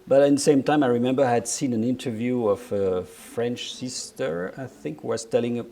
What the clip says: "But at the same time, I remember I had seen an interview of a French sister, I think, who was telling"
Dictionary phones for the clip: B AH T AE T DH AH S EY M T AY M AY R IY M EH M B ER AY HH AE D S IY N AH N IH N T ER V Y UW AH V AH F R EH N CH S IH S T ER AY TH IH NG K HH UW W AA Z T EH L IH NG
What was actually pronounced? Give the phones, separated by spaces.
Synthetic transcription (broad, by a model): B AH T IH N DH AH S EY M T AY M AY R IY M EH M B ER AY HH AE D S IY N AH N IH N T ER V Y UW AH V AH F R EH N CH S IH S T ER AY TH IH NG K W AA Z T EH L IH NG